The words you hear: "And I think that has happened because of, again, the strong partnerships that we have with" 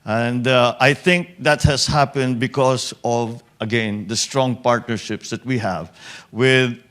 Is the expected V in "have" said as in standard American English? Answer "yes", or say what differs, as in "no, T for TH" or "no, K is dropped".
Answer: yes